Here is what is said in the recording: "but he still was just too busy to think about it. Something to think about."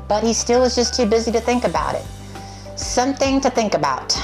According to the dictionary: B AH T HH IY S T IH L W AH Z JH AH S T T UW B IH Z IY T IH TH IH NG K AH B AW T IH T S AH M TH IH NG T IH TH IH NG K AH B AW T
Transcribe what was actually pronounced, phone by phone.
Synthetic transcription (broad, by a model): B AH T HH IY S T IH L W AH Z JH AH S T T UW B IH Z IY T IH TH IH NG K AH B AW T IH T S AH M TH IH NG T IH TH IH NG K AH B AW T